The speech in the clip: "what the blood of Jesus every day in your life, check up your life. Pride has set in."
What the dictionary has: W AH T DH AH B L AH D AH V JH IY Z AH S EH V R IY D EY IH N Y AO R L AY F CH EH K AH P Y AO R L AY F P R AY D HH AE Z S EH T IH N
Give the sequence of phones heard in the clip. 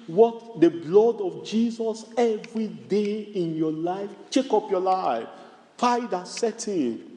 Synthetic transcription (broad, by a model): W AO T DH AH B L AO D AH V JH IY Z AH S EH V R IY D EY IH N Y AO L AY F CH EH K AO P Y AO L AY F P AY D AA S EH T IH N